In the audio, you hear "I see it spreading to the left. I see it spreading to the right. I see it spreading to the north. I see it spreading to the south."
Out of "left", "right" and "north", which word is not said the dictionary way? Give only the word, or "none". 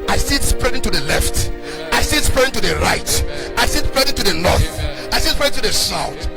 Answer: north